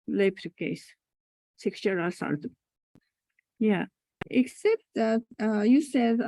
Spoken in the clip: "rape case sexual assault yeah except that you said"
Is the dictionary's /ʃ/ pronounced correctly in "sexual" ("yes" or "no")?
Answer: no